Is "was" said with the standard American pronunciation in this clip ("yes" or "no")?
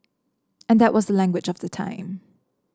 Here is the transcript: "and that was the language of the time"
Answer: yes